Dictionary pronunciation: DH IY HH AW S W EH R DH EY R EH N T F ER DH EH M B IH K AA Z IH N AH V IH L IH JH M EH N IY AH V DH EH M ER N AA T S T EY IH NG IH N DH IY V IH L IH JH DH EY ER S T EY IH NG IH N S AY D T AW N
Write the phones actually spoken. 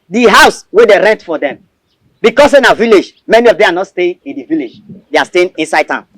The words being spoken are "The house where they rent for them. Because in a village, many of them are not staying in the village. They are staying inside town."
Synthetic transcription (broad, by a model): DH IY HH AW S W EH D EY R EH N T F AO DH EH M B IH K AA S IH N AH V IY L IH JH M EH N IY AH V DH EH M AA N AA T S T EY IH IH N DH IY V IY L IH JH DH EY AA S T EY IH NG IH N S AY D T AW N